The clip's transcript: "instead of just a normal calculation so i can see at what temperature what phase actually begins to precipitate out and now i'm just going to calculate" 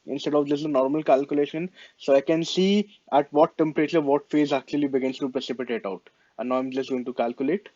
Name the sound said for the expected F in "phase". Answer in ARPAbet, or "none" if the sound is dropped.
F